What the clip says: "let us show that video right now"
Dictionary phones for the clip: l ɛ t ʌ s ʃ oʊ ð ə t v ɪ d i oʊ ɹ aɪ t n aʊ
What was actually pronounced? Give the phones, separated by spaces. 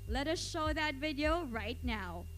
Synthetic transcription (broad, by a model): l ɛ t ʌ s ʃ oʊ ð ə t v ɪ d i oʊ ɹ aɪ t n aʊ